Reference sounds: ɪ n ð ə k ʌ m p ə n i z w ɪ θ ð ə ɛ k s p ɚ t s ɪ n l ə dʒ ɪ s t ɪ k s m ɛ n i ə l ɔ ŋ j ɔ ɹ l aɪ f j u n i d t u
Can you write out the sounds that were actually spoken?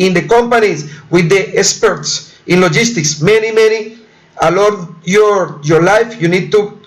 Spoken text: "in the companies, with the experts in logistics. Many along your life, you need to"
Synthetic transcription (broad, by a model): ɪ n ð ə k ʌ m p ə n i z w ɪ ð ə ɛ k s p ɚ t s ɪ n l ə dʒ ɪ s t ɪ k s m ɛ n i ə l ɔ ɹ j ɔ ɹ l aɪ f j u n i d t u